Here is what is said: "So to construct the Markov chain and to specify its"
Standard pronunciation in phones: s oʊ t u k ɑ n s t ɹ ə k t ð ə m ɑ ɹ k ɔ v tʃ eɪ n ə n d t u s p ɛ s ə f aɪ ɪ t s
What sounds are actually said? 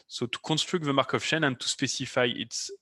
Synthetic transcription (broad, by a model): s oʊ t u k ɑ n s t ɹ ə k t ð ə m ɑ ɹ k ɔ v ʃ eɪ n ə n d t u s p ɛ s ə f aɪ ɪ t s